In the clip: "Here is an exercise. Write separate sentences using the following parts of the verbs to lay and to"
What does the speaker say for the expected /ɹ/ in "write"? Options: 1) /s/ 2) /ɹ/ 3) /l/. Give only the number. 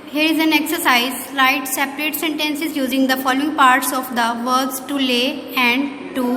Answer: 3